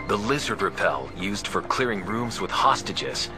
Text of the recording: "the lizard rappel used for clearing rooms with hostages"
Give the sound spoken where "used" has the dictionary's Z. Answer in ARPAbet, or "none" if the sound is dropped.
Z